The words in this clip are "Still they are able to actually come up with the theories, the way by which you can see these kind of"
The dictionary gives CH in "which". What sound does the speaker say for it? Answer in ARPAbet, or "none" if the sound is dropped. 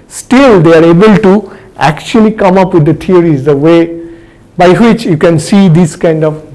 CH